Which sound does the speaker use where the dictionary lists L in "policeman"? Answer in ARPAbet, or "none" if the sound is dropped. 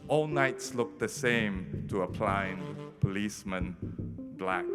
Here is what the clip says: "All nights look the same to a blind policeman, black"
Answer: L